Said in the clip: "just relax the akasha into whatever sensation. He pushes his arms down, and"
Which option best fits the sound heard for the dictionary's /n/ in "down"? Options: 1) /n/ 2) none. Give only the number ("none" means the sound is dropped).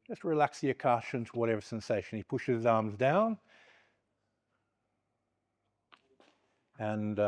1